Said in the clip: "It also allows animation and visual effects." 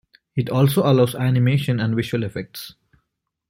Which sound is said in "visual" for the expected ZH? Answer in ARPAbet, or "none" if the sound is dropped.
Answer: SH